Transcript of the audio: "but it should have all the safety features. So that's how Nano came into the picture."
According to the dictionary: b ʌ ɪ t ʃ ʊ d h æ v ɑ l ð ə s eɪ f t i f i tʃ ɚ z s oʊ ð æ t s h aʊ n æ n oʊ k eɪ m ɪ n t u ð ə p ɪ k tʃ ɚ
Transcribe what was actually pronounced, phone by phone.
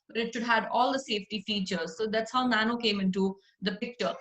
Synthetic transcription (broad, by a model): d ɪ t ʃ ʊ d h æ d ɑ l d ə s eɪ f t i f i tʃ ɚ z s oʊ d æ t s h aʊ n æ n oʊ k eɪ m ɪ n t u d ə p ɪ k tʃ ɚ